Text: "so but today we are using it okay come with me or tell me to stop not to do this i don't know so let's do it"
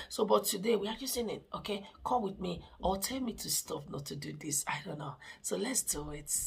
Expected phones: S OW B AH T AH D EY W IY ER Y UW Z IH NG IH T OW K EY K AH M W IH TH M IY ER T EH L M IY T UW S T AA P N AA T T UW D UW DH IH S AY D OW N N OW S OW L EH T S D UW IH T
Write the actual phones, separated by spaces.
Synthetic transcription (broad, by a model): S OW B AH T AH D EY W IY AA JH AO S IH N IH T OW K EY K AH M W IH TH M IY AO T EH L M IY T UW S T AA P N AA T T UW D UW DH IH S AY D OW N N OW S OW L EH T S D UW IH T